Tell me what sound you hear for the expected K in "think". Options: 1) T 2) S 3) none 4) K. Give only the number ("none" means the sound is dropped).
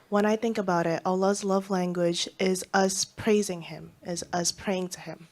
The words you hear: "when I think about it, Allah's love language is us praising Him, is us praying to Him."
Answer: 4